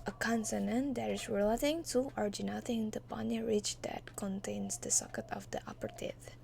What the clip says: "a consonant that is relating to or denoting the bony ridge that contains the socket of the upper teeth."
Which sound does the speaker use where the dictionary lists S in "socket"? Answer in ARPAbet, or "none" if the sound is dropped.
S